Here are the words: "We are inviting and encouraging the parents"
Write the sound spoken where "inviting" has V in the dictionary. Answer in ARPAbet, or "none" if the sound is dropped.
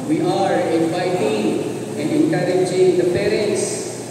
F